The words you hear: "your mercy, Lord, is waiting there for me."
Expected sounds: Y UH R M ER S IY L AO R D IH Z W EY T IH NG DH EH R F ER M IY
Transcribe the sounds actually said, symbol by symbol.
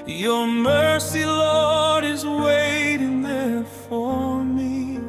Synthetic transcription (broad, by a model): Y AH R M ER S IY L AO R D IH Z W EY T IH NG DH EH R F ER M IY